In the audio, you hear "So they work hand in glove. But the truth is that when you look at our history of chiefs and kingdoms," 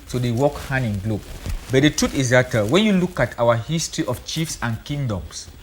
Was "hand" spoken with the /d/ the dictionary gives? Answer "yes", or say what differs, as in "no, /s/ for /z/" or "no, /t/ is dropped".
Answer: no, /d/ is dropped